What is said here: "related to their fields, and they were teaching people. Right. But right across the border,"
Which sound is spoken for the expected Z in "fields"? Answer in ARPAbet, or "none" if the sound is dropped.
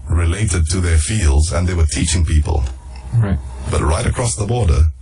Z